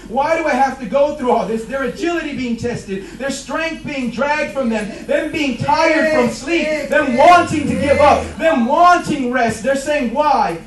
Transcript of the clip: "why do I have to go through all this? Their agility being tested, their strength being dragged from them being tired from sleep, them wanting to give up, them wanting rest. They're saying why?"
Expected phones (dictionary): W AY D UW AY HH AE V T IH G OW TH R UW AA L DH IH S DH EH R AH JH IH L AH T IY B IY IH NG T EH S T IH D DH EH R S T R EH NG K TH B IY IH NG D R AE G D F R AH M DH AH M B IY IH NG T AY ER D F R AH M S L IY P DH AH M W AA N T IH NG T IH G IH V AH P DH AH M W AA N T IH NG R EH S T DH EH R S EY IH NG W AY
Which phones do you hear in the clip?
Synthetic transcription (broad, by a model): W AY D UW AY HH AE F T IH G OW TH R UW AA L DH IH S DH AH R AH JH IH L AH T IY B IY IH NG T EH S T IH D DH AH R S T R EH NG K TH B IY IH NG D R AE G D F R AH M DH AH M B IY IH NG T AY ER D F R AH M S L IY P DH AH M W AA N T IH NG T IH G IH V AH P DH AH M W AA N T IH NG R EH S T DH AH R S EY IH NG W AY